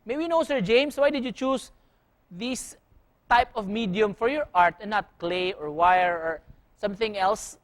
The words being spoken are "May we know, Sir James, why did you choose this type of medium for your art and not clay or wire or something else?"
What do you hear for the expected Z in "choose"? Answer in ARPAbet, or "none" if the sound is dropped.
S